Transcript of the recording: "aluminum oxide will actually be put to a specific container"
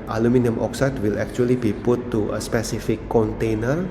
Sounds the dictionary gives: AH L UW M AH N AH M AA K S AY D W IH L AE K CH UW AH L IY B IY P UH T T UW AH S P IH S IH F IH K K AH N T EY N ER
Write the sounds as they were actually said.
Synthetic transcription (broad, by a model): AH L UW M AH N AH M AA K S AY D W IH L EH K CH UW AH L IY B IY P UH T T UW AH S P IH S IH F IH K K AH N T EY N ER